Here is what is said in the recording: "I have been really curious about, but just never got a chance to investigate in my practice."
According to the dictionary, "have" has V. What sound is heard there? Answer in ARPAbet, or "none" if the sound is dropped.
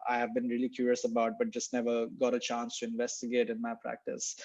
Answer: V